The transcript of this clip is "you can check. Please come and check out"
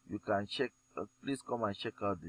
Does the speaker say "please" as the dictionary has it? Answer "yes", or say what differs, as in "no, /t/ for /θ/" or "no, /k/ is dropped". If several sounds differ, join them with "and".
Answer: no, /s/ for /z/